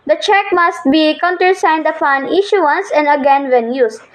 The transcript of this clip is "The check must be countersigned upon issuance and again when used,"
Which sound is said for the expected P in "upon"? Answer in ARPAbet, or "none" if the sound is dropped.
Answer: F